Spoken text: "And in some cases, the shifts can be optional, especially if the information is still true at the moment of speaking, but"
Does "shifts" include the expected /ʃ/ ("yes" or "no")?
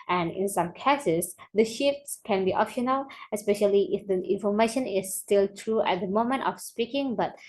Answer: yes